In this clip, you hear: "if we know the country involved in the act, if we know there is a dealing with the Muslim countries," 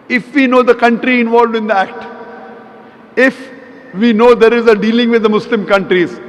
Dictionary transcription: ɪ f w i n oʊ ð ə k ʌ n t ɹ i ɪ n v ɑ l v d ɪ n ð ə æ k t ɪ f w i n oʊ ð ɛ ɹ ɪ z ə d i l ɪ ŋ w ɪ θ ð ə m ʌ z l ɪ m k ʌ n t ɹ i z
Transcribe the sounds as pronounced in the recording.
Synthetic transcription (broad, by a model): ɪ f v i n oʊ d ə k ʌ n t ɹ i ɪ n v ɑ l v d ɪ n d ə æ k t ɪ f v i n oʊ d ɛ ɹ ɪ z ə d i l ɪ ŋ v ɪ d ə m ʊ s l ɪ m k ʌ n t ɹ i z